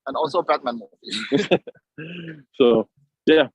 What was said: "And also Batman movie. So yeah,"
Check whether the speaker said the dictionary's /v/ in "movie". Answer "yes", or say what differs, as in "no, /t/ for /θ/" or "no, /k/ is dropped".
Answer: no, /v/ is dropped